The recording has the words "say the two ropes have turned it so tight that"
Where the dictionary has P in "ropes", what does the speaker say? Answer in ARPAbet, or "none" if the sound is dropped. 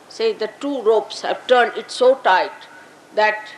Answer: P